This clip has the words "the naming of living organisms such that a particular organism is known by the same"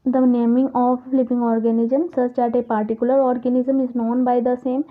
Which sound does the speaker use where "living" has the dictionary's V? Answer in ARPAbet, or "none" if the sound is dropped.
P